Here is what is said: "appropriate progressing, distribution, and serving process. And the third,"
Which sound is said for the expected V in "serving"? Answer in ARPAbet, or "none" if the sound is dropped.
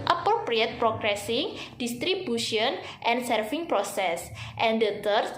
F